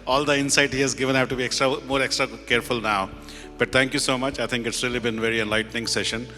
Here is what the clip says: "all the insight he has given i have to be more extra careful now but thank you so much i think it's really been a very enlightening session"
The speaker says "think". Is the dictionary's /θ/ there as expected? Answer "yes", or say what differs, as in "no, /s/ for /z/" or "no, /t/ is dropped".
no, /t/ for /θ/